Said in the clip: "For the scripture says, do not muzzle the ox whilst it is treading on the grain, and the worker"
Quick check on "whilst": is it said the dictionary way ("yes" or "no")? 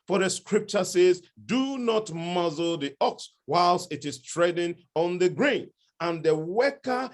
yes